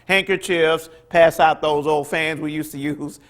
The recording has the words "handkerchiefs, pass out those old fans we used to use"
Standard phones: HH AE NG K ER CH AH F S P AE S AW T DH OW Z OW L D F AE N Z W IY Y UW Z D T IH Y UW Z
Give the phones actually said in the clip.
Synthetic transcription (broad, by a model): HH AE NG K ER CH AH F S P AE S AW T DH OW Z OW L D F AE N Z W IY Y UW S T IH Y UW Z